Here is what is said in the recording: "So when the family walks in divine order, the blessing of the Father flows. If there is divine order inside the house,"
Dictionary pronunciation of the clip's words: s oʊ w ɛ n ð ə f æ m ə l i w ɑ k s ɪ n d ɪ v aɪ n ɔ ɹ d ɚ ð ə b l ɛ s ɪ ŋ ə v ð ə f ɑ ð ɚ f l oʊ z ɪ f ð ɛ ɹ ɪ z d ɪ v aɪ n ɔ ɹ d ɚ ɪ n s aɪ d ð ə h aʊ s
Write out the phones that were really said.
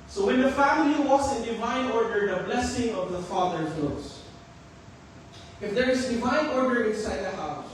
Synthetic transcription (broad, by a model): s oʊ w ɛ n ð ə f æ m ə l i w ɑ s ɪ n d ɪ v aɪ n ɔ ɹ d ɚ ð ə b l ɛ s ɪ ŋ ə v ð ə f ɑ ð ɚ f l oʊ s ɪ f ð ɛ ɹ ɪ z d ɪ v aɪ n ɔ ɹ d ɚ ɪ n s aɪ d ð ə h aʊ s